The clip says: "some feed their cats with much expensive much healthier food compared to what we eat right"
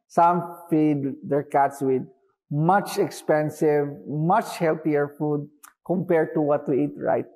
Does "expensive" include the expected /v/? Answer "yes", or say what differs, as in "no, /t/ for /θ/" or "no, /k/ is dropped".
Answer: yes